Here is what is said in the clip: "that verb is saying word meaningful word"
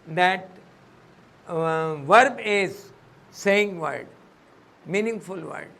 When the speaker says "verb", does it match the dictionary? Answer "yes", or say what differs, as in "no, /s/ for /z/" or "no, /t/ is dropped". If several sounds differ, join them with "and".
yes